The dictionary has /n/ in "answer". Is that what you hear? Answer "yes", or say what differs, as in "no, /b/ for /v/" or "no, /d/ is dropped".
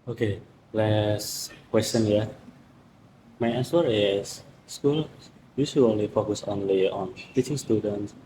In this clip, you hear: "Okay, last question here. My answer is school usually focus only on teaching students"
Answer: no, /n/ is dropped